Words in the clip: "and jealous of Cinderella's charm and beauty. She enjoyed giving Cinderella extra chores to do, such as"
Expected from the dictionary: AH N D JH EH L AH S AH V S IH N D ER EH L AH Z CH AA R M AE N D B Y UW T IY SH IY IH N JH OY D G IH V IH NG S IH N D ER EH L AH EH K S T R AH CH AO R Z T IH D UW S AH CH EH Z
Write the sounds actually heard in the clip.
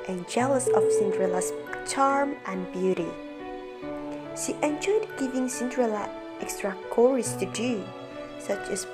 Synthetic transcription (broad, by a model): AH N JH EH L AH S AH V S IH N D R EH L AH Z CH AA R M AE N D B Y UW T IY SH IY IH N JH OY D G IH V IH NG S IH N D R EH L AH EH K S T R AH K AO R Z T IH D UW S AH CH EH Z